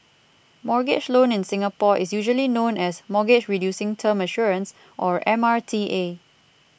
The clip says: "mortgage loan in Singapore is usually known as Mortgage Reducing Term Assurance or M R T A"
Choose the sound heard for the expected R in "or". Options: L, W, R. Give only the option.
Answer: R